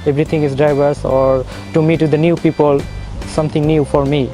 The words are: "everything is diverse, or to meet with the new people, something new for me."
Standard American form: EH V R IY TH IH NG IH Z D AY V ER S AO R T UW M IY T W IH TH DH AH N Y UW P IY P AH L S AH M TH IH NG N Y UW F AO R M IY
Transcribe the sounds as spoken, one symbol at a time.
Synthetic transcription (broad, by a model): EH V R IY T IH NG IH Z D AY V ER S AO R T UW M IY T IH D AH N Y UW P IY P AH L S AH M T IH NG N Y UW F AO R M IY